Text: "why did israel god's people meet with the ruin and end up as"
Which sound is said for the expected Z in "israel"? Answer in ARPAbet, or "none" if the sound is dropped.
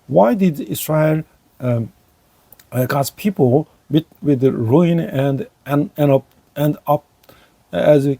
S